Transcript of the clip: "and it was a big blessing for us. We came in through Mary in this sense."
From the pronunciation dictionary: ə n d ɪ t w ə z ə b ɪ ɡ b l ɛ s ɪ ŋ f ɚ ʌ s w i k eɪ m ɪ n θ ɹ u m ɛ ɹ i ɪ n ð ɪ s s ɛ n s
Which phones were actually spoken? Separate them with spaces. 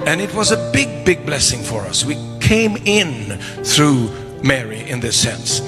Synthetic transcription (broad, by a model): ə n ɪ t w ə z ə b ɪ ɡ b l ɛ s ɪ ŋ f ɚ ʌ s w i k eɪ m ɪ n θ ɹ u m ɛ ɹ i ɪ n ð ɪ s s ɛ n s